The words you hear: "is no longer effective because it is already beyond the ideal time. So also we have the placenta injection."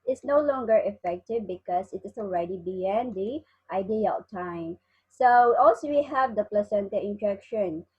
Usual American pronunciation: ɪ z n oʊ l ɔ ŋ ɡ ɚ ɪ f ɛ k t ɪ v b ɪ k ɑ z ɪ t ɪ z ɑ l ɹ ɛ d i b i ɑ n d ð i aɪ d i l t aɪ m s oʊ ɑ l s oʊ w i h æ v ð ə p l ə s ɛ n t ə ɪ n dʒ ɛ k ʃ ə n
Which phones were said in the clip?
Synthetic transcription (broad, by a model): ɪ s n oʊ l ɔ ŋ ɡ ɚ ɪ f ɛ k t ɪ v b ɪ k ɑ s ɪ t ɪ s ɑ l ɹ ɛ d i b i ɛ n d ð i aɪ d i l t aɪ m s oʊ ɑ l s oʊ w i h æ v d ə p l ə s ɛ n t ə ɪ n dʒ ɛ k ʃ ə n